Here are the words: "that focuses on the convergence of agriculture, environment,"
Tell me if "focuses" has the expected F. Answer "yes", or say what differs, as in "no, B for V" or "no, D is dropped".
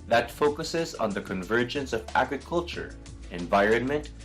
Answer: yes